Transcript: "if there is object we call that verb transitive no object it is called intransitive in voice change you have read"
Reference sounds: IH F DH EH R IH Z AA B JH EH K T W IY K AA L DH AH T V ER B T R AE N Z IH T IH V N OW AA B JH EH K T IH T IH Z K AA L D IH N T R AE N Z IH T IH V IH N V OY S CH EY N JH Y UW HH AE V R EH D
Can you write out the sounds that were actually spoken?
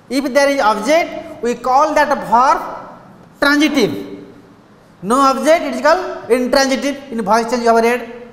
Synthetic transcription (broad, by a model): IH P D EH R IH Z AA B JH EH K T W IY K AA L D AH T P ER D T R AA N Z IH T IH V N OW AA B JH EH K T IH T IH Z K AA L IH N T R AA N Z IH T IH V IH N B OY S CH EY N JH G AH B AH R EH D